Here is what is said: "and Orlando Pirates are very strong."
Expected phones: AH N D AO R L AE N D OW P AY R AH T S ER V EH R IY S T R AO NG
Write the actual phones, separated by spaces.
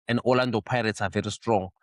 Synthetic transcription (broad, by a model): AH N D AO L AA N D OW P AY R AH T S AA V EH R IY S T R AO NG